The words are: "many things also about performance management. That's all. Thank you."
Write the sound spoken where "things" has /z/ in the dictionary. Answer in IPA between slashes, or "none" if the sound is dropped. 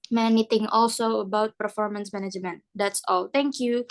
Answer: none